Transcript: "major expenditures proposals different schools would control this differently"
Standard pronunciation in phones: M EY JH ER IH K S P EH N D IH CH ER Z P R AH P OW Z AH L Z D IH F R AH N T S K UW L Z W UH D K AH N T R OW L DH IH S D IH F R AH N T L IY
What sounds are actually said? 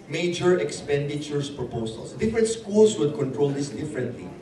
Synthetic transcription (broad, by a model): M EY JH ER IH K S P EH N D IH CH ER S P R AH P OW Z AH L S D IH F R AH N T S K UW L S W UH D K AH N T R OW L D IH S D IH F R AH N T L IY